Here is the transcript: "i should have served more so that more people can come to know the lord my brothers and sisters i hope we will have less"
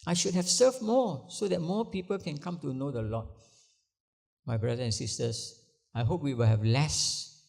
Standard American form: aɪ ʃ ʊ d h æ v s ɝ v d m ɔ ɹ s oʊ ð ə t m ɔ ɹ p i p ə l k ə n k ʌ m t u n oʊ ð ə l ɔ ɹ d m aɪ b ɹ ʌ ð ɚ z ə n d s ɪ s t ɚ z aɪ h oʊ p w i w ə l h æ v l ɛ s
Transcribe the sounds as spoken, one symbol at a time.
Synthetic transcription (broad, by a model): aɪ ʃ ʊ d h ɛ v s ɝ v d m ɔ s oʊ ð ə t m ɔ p i p ə l k ə n k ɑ m t u n oʊ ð ə l ɔ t m aɪ b ɹ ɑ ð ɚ ə n s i s t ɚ s aɪ h oʊ p w i w ə l h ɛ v l ɛ s